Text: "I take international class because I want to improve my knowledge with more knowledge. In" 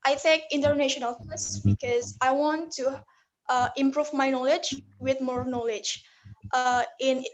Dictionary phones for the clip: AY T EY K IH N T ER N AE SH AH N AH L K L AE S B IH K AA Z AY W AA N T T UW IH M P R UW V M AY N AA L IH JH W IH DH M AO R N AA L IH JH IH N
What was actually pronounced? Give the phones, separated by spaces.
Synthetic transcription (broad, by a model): AY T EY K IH N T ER N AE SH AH N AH L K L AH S B IH K AA Z AY W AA N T T UW IH M P R UW V M AY N AA L IH JH W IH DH M AO R N AA L IH JH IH N